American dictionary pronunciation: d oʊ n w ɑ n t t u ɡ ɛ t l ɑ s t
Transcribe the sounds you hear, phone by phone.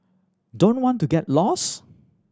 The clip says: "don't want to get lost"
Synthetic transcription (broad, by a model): d oʊ n w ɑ n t t u ɡ ɛ t l ɑ s